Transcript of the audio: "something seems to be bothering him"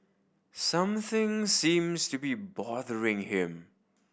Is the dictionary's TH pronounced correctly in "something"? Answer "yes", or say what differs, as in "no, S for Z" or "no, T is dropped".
yes